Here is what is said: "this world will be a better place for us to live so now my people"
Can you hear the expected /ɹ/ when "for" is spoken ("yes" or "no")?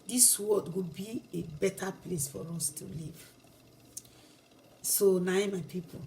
yes